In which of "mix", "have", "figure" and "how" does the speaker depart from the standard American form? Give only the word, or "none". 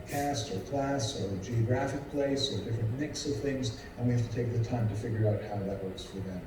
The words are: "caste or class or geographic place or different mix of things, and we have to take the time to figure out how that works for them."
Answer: have